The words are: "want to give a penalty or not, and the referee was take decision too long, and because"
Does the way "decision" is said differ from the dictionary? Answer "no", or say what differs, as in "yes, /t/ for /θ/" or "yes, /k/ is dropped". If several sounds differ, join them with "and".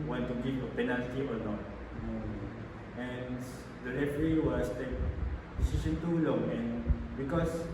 yes, /s/ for /ʒ/